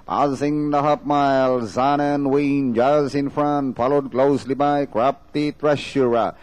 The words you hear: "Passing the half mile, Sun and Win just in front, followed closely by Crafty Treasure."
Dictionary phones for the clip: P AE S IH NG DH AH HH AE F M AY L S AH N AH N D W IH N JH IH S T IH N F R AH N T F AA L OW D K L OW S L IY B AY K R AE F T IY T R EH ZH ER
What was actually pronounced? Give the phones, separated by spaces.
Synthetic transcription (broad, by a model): P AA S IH NG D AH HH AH P M AY L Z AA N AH N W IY N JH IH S IH N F R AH N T F AA L OW D K L OW S L IY B AY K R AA P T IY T R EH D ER